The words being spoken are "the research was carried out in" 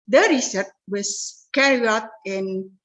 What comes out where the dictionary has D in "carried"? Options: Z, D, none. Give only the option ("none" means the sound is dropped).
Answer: none